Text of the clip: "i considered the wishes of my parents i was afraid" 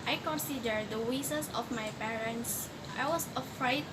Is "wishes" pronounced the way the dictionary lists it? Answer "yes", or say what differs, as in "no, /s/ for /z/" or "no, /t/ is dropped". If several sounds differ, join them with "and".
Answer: no, /s/ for /ʃ/